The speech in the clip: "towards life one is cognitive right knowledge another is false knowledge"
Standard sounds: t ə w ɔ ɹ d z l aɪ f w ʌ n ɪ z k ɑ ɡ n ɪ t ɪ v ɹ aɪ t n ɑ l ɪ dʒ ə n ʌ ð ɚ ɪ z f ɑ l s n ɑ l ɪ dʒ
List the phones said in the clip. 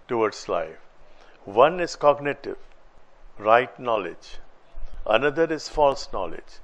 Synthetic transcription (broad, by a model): t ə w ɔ ɹ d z l aɪ f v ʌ n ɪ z k ɑ ɡ n ɪ t ɪ v ɹ aɪ t n ɑ l ɪ dʒ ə n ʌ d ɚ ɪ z f ɑ l s n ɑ l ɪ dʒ